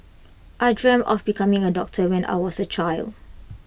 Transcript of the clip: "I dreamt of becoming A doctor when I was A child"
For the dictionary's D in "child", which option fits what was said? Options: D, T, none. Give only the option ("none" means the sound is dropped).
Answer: D